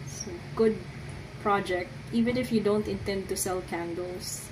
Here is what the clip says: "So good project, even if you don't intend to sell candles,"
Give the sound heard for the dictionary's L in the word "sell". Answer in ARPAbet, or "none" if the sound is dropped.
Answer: L